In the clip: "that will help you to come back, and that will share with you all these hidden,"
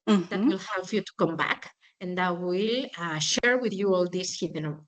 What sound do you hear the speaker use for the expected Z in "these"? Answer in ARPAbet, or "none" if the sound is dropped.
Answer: S